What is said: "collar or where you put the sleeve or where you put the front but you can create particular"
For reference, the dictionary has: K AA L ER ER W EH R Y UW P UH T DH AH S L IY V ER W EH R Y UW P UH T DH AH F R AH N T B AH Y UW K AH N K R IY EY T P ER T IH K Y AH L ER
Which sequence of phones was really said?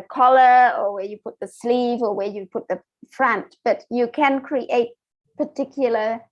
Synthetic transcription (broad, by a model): K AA L ER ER W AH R Y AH P UH T DH AH S L IY V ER W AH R Y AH P UH T DH AH F R AH N T B AH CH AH K AH N K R IY EY T P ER T IH K Y L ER